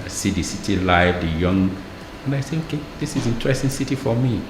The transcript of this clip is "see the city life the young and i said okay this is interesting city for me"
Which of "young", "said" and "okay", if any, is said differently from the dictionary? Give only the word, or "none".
said